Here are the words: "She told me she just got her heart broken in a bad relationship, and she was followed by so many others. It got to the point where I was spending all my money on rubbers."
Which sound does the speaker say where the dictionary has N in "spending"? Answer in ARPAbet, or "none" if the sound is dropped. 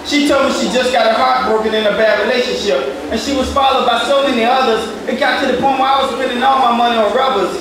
none